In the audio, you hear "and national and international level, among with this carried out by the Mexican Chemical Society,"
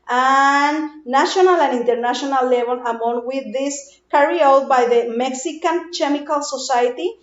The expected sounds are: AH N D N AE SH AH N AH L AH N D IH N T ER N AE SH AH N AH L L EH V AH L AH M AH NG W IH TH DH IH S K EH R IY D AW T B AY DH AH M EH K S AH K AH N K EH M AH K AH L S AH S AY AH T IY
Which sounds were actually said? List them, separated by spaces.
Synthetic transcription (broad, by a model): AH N N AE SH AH N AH L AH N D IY N T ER N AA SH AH N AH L L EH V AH L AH M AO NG W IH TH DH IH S K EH R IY AW T B AY DH AH M EH K S AH K AH N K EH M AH K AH L S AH S AY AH T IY